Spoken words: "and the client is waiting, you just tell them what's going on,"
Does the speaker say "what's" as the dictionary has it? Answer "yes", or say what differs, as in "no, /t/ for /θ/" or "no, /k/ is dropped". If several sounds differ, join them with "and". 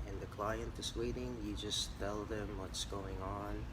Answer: yes